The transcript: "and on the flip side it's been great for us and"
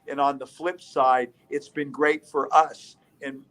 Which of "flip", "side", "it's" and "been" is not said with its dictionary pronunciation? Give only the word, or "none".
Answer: none